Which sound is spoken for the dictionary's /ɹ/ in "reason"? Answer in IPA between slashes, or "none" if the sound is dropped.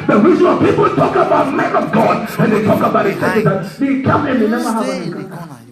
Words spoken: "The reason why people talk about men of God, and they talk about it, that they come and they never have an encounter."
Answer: /w/